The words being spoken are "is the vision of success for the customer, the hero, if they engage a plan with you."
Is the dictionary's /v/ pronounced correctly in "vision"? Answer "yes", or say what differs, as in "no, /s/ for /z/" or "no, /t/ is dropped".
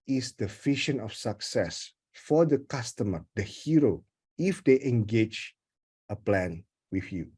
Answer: no, /f/ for /v/